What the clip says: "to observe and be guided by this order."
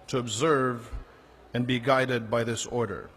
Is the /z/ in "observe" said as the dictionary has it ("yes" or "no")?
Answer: yes